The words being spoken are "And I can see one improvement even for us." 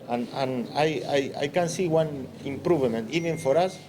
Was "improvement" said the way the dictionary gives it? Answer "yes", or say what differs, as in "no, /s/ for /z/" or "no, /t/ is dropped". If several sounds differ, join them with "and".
yes